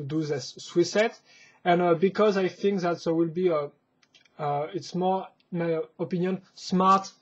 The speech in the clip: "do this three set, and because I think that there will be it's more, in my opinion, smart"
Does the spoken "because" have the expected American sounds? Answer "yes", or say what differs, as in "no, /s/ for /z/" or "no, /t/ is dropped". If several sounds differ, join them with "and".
yes